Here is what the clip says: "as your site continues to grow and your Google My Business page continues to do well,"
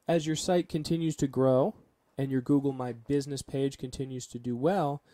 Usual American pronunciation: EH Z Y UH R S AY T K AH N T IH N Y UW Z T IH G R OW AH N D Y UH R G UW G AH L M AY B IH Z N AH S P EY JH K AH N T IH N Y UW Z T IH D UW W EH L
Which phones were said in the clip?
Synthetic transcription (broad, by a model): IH Z Y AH R S AY T K AH N T IH N Y UW Z T IH G R OW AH N Y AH R G UW G L M AY B IH Z N AH S P EY JH K AH N T IH N Y UW Z T IH D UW W EH L